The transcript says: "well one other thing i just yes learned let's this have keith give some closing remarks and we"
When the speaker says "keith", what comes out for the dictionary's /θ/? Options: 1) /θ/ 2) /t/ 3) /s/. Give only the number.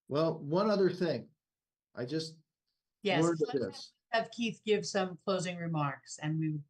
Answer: 1